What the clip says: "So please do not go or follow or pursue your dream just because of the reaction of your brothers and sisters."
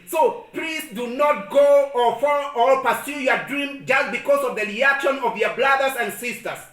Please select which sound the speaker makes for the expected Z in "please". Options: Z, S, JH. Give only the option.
S